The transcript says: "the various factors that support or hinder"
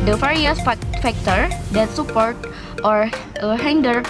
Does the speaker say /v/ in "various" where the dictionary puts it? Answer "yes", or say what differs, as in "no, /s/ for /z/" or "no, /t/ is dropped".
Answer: no, /f/ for /v/